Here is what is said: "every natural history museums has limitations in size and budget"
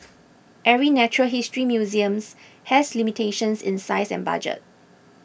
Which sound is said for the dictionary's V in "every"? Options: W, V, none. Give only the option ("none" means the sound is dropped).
none